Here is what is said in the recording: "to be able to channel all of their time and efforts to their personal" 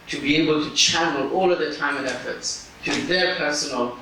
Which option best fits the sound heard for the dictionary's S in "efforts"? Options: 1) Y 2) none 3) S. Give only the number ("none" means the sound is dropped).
3